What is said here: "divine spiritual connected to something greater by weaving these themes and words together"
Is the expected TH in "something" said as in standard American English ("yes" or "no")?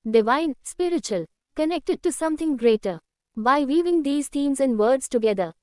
no